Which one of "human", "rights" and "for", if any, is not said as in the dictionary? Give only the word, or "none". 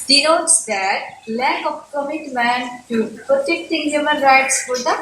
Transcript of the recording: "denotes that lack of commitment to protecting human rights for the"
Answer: none